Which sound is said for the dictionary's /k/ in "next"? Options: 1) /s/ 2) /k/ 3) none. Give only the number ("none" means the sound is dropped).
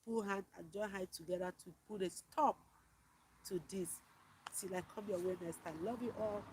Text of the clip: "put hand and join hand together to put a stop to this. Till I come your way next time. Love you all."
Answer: 3